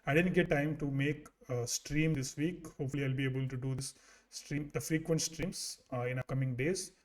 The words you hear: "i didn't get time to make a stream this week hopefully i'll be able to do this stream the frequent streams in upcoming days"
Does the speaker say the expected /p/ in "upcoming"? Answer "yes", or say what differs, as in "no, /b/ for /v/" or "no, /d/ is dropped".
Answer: no, /p/ is dropped